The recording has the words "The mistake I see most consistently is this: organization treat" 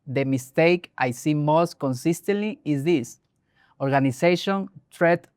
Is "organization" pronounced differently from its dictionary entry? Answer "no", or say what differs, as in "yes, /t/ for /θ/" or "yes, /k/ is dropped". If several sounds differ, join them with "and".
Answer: yes, /s/ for /z/